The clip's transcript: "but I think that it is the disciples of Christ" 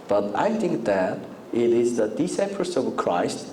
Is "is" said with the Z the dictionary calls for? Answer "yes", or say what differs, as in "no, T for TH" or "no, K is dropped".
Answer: yes